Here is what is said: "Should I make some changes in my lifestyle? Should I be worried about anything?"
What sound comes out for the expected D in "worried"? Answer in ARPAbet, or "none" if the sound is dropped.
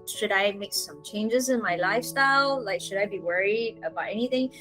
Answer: D